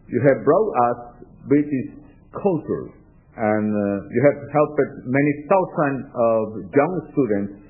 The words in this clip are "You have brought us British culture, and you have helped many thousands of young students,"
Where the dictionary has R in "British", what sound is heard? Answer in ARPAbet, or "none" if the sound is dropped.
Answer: none